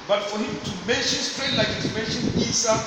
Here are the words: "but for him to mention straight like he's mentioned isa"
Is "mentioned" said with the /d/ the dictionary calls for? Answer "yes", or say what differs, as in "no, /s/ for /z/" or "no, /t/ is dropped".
no, /d/ is dropped